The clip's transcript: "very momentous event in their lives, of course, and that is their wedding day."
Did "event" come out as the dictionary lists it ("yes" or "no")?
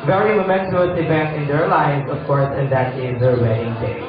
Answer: no